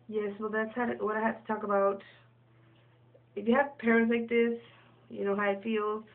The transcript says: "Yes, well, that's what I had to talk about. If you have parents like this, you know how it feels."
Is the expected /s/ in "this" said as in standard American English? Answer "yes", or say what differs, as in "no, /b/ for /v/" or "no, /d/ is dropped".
yes